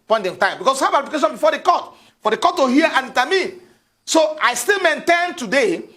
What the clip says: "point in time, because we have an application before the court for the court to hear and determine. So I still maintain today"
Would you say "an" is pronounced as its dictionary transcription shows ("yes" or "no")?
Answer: no